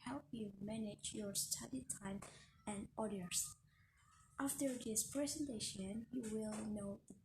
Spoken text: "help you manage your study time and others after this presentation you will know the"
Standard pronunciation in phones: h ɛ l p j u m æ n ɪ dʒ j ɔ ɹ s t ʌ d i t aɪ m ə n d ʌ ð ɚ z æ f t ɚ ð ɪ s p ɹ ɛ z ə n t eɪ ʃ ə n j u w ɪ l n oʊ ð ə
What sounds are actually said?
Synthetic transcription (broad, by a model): h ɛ l p j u m æ n ɪ dʒ j ɔ ɹ s t ʌ d i t aɪ m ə n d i ɚ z æ f t ɚ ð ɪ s p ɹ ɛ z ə n t eɪ ʃ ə n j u w ɪ l n oʊ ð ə